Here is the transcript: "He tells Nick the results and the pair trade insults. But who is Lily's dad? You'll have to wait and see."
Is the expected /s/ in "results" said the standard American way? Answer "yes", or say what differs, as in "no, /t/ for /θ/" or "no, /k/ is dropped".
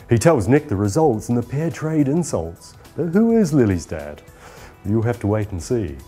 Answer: yes